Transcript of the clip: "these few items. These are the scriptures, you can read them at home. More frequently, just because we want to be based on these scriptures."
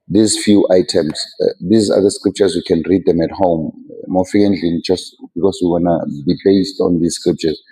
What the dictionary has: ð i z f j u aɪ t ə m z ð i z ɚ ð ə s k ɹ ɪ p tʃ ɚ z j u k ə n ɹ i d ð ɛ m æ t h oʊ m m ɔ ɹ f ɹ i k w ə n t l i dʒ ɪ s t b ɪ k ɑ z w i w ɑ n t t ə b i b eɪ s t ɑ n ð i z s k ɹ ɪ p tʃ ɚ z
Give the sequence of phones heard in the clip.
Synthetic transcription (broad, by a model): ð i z f j u aɪ t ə m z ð i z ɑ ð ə s k ɹ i p tʃ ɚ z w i k ə n ɹ i d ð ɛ m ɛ t h oʊ m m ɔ f i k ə n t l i dʒ ɪ s t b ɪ k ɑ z w i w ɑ n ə b i b eɪ s t ɑ n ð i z s k ɹ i p tʃ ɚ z